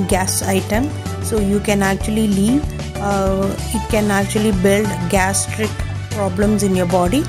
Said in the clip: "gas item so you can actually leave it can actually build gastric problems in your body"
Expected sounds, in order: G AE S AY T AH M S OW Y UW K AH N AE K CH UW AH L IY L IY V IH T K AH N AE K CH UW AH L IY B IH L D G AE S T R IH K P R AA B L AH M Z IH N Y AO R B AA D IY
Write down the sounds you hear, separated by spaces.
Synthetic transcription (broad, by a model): G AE S AY T AH M S OW Y UW K AH N AE K CH UW AH L IY L IY V IH T K AH N AE K CH UW AH L IY B IH L D G AE S T R IH K P R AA B L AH M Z IH N Y AO R B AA D IY